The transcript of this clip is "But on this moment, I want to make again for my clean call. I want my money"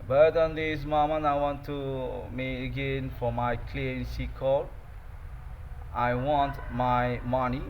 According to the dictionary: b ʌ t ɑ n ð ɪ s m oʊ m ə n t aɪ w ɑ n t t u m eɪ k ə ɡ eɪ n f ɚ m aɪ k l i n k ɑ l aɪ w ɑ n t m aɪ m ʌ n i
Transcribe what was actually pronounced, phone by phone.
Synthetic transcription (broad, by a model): b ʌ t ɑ n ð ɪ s m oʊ m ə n aɪ w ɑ n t t u m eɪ ə ɡ eɪ n f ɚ m aɪ k l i n k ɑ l aɪ w ɑ n t m aɪ m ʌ n i